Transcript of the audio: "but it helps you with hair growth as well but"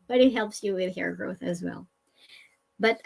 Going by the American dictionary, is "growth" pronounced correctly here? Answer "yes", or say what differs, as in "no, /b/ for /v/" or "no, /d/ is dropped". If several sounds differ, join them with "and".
yes